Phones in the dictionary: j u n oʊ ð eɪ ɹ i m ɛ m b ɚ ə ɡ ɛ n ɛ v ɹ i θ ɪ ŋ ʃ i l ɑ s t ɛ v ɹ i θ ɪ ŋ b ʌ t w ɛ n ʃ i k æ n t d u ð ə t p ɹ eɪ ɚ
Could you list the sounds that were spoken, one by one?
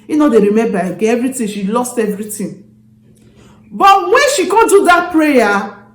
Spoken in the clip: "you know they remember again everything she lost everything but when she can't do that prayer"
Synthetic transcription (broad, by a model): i n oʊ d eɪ ɹ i m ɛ m b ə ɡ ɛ ɛ v ɹ i t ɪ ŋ ʃ i l ɑ s t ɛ v ɹ i t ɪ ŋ b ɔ t w ɛ n ʃ i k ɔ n d u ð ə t p ɹ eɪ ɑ